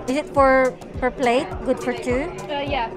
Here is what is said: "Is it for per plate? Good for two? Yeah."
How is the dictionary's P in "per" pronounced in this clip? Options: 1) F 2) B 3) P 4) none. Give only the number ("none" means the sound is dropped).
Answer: 1